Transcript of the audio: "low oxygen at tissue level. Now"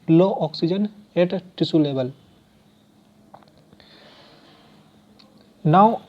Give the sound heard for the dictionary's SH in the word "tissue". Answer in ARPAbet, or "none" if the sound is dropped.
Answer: S